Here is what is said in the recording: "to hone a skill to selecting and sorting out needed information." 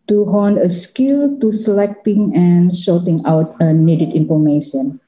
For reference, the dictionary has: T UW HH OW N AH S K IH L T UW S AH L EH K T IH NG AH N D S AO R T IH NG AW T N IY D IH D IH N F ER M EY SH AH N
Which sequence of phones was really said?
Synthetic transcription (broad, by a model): T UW HH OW N AH S K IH L T UW S AH L EH K T IH NG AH N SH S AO L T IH NG AW T N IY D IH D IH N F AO M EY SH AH N